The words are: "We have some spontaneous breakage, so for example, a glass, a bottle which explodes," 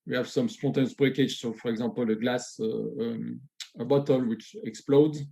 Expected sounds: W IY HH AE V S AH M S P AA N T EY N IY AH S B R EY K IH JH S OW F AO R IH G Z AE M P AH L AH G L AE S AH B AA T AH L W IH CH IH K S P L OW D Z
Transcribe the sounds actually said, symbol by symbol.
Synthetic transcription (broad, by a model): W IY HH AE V S AH M S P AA T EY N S B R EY K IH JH S OW F AO R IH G Z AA P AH L AH G L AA S AH B AA T AH L W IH CH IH K S P L OW D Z